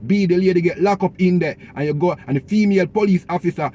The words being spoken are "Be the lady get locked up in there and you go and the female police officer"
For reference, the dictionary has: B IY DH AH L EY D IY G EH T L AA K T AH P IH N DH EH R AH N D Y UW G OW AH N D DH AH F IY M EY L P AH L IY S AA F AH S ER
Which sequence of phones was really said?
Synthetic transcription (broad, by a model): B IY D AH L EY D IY G EH T L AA K AO P IH N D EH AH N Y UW G OW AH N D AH F IY M EY L P AH L IY S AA F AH S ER